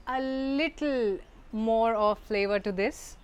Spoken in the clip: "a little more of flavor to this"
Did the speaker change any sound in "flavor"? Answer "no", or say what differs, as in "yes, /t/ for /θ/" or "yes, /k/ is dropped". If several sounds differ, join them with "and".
no